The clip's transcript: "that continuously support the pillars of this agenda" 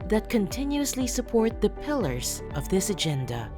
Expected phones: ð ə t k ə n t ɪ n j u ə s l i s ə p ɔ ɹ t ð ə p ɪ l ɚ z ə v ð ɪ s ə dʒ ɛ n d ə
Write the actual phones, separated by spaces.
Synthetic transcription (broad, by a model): ð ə t k ə n t ɪ n j u ə s l i s ə p ɔ ɹ t ð ə p ɪ l ɚ z ə v ð ɪ s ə dʒ ɛ n d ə